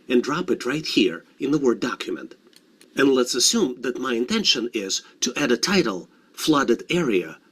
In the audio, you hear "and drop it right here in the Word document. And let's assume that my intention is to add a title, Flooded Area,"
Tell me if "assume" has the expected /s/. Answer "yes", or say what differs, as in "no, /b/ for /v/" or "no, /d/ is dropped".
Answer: yes